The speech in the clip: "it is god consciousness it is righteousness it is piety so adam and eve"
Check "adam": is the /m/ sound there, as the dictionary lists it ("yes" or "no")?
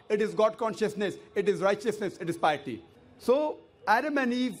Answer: yes